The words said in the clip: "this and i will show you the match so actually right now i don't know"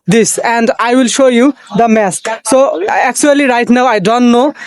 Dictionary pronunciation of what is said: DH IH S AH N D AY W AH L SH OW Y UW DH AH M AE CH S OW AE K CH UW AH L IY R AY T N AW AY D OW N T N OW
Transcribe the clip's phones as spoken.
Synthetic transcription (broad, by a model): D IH S AH N D AY W AH L SH OW Y UW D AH M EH S S OW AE K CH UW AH L IY R AY T N AW AY D OW N T N OW